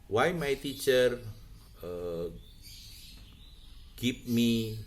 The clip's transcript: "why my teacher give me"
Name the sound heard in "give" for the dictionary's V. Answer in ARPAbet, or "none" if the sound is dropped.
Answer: P